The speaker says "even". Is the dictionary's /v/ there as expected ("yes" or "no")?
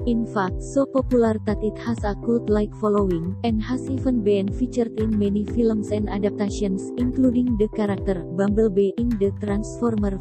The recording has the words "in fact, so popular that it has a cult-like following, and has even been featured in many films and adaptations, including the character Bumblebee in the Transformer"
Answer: no